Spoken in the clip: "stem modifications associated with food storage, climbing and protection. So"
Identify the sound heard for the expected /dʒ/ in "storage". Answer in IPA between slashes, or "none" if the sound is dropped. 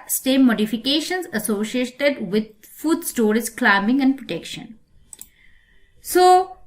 /z/